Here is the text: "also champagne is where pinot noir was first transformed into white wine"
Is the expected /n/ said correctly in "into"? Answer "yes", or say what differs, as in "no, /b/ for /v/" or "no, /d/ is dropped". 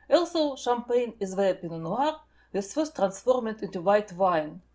yes